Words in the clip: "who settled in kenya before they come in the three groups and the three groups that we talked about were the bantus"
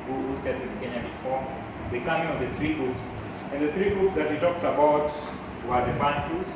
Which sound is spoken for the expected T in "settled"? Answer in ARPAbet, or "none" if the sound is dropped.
S